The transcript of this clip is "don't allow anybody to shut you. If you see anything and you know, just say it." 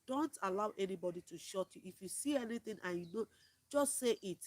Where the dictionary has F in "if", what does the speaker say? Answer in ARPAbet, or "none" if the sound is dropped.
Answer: F